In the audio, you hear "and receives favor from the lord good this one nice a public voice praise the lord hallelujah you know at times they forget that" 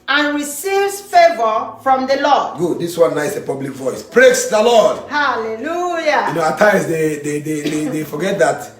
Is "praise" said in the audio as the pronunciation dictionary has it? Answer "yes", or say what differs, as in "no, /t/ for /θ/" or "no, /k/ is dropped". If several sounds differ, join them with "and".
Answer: no, /s/ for /z/